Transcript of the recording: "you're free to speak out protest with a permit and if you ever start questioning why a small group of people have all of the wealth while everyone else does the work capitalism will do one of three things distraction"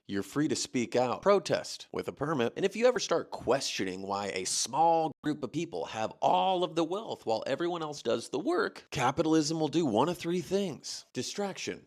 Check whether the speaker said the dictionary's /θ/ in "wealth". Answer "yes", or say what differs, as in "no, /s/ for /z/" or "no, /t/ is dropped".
yes